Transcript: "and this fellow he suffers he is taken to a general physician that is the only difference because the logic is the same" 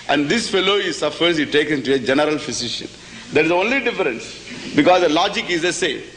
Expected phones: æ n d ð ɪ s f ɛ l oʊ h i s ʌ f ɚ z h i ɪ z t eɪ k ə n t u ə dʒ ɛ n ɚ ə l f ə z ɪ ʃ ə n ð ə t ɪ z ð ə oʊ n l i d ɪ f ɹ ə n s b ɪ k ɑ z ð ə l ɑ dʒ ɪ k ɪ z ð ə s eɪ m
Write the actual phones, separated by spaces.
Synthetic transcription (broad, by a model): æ n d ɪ s f ɛ l oʊ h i s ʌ f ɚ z h i t eɪ k ə n t u ə dʒ ɛ n ɚ ə l f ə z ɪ ʃ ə n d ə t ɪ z oʊ n l i d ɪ f ɹ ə n s b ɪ k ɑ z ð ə l ɑ dʒ ɪ k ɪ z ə s eɪ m